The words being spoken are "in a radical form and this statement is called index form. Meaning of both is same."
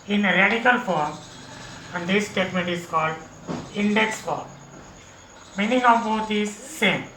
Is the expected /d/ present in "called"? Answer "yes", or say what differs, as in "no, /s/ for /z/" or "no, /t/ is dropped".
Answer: yes